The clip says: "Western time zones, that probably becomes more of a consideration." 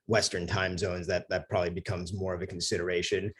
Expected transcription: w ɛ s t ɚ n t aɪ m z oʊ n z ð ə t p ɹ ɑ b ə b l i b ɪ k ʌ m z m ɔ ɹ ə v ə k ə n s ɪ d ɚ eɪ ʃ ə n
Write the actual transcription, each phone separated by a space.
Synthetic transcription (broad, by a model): w ɛ s t ɚ n t aɪ m z oʊ n z ð ə t p ɹ ɑ b ə b l i b ɪ k ʌ m z m ɔ ɹ ə v ə k n s ɪ d ɚ eɪ ʃ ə n